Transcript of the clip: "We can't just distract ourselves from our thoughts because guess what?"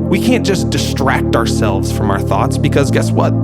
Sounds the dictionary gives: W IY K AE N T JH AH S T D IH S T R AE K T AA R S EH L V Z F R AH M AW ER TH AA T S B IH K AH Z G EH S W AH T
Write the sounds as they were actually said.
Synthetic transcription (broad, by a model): W IY K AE N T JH AH S D IH S T R AE K T AA R S EH L V Z F R AH M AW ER TH AA T S B IH K AH Z G EH S W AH T